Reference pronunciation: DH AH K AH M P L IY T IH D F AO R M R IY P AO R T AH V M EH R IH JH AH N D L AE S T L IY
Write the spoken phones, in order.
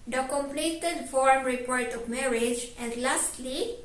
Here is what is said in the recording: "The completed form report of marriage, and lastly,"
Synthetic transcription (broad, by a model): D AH K AH M P L IY T IH D F AO R M R IY P AO R T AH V M EH R IH JH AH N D L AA S T L IY